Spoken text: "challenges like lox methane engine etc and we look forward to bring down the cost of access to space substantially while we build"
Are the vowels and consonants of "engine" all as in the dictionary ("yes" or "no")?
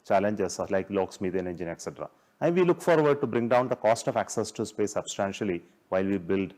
yes